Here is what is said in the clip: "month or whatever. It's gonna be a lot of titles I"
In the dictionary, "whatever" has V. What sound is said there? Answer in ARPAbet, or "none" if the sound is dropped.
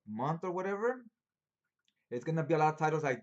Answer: V